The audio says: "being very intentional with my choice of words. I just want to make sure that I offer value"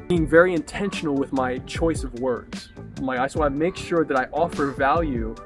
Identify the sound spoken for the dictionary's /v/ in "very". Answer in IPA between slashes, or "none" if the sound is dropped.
/v/